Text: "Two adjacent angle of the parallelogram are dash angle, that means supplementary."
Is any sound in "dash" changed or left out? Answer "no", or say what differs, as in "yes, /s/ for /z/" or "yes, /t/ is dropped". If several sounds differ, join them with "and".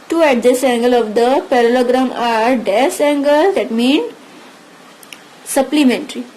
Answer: yes, /s/ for /ʃ/